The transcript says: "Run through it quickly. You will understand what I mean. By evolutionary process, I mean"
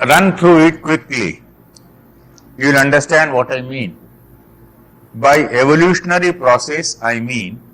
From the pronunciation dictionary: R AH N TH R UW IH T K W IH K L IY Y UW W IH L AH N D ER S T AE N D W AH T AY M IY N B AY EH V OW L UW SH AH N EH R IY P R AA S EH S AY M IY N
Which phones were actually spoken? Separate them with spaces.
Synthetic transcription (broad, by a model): R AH N T R UW IH T K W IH K L IY Y UW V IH L AH N D ER S T AE N D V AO T AY M IY N B AY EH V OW L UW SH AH N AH R IY P R AA S EH S AY M IY N